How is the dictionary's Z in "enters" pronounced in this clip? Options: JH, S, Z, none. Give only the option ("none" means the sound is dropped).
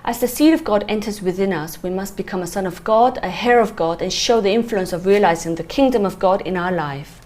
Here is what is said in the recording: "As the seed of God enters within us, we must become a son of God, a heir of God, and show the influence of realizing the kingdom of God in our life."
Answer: Z